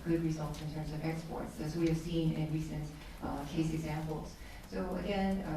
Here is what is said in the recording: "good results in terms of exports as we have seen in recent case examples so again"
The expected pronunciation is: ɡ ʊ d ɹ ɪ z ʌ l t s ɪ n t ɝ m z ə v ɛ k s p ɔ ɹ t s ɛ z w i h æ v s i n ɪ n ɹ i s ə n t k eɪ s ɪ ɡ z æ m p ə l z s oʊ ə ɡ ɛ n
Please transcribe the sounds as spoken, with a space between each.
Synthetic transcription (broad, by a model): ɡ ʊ d ɹ ɪ z ʌ l t s ɪ n t ɝ m z ə v ɛ k s p ɔ ɹ t s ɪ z w i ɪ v s i n ɪ n ɹ i s ə n t k eɪ s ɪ ɡ z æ m p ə l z s oʊ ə ɡ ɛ n